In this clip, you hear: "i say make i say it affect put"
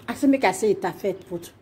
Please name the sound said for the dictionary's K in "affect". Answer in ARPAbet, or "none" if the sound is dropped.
none